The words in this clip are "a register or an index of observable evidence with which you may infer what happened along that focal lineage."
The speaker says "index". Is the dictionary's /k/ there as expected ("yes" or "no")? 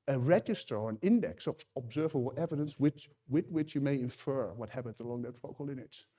yes